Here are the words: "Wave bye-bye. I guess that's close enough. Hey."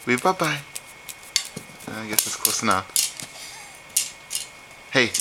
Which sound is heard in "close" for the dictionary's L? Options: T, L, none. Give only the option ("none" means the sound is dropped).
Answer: none